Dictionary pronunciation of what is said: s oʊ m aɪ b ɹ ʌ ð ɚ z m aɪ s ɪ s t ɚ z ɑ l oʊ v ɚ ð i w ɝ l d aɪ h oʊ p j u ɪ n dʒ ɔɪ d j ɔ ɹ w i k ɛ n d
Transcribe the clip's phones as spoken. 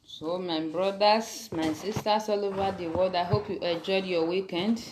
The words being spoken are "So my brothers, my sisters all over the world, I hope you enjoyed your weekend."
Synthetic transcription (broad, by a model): s oʊ m aɪ b ɹ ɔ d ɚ s m aɪ s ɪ s t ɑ s ɑ l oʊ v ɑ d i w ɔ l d aɪ h oʊ p j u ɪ dʒ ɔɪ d j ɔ w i k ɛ n d